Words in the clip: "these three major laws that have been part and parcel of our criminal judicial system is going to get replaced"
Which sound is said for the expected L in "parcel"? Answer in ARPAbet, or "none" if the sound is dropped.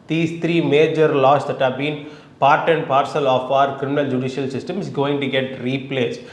L